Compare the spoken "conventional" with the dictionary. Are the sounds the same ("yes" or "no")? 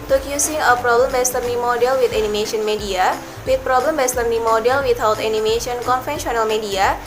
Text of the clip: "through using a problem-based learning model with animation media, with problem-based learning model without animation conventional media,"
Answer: no